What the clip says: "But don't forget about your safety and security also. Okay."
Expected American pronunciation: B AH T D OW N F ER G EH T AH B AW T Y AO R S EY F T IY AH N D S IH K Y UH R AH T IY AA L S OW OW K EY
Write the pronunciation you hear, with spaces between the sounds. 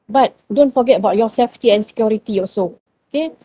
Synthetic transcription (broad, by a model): B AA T D OW N F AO G EH T AH B AW T Y AO S EY F T IY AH N S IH K Y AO R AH T IY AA S OW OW K EY